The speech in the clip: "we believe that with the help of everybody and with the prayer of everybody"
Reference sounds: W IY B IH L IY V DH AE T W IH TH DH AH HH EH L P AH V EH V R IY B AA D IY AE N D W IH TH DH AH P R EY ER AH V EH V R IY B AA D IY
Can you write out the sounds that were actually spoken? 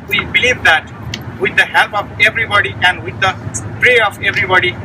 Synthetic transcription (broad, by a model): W IY B IH L IY V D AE T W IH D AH HH EH L P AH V EH V R IY B AA D IY AE N D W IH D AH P R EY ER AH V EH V R IY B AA D IY